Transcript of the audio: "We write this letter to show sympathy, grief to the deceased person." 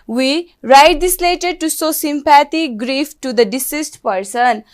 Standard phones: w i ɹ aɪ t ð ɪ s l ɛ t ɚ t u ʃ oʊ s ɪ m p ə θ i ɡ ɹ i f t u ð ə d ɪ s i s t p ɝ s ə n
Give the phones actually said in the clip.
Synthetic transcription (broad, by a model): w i ɹ aɪ t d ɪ s l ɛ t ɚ t u s oʊ s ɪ m p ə t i ɡ ɹ i f t u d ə d ɪ s i s t p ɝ s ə n